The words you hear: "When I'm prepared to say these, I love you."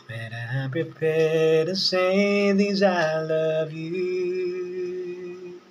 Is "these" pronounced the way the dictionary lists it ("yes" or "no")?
yes